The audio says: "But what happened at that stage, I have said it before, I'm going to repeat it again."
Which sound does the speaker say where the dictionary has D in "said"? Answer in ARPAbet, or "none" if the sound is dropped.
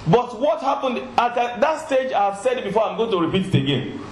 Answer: D